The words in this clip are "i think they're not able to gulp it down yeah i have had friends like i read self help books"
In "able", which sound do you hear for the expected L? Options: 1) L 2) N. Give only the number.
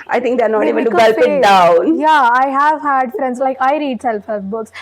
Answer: 2